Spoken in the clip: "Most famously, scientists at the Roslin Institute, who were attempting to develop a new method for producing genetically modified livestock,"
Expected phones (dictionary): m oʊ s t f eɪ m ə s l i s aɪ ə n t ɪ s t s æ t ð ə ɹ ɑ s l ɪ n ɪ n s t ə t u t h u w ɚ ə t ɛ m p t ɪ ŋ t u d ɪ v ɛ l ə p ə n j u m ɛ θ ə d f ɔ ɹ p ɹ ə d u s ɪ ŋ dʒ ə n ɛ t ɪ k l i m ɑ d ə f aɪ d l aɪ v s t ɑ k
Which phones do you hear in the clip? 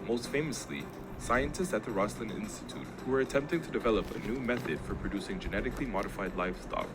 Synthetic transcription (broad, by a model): m oʊ s t f eɪ m ə s l i s aɪ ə n t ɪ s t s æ t ð ə ɹ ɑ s l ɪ n ɪ n s t ə t u t h u w ɚ ə t ɛ m p t ɪ ŋ t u d ɪ v ɛ l ə p ə n j u m ɛ θ ə d f ɔ ɹ p ɹ ə d u s ɪ ŋ dʒ ə n ɛ t ɪ k l i m ɑ d ə f aɪ d l aɪ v s t ɑ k